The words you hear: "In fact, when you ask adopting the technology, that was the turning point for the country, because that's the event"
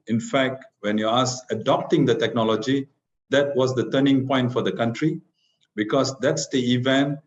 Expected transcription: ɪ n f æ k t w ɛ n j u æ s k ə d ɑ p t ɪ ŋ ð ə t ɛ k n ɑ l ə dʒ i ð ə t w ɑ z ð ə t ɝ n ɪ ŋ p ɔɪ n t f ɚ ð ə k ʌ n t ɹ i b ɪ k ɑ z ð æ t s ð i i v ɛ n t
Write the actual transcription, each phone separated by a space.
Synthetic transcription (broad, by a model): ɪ n f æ k t w ɛ n j u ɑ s ə d ɑ p t ɪ ŋ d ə t ɛ k n ɑ l ə dʒ i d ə t w ɑ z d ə t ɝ n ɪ ŋ p ɔɪ n t f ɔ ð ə k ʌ n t ɹ i b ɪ k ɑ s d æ t s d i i v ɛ n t